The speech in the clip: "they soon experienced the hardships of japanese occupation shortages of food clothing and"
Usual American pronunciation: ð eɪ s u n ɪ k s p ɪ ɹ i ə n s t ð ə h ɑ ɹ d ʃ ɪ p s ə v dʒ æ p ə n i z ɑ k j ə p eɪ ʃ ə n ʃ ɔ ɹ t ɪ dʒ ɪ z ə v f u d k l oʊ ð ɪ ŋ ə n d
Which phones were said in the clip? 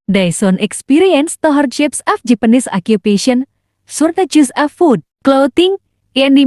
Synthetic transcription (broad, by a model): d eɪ s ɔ n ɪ k s p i ɹ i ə n s t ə h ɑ ɹ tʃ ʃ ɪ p s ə f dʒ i p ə n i s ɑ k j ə p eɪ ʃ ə n s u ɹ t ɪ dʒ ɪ s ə f u d k l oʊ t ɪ ŋ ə n